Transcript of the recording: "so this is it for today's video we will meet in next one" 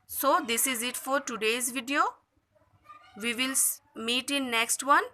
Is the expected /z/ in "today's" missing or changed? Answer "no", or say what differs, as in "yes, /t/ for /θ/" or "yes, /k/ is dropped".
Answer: no